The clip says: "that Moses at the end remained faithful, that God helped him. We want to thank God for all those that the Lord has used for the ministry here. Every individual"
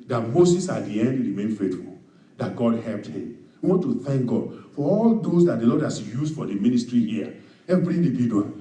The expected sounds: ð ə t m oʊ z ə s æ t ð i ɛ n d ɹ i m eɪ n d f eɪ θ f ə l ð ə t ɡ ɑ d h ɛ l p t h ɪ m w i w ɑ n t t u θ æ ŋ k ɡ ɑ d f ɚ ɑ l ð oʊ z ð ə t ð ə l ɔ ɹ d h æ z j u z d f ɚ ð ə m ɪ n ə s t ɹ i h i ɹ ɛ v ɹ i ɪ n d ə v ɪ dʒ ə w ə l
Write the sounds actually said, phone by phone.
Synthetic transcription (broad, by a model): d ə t m oʊ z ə s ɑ t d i ɛ n d ɹ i m eɪ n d f eɪ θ f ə l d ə t ɡ ɑ d h ɛ l p t h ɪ m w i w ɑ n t t u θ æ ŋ k ɡ ɑ d f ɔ ɑ l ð oʊ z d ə t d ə l ɔ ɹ d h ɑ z j u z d f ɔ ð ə m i n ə s t ɹ i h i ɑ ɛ b ɹ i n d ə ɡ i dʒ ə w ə